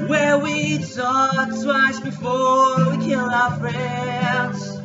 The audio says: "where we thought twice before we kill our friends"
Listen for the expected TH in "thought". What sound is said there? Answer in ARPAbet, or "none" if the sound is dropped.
S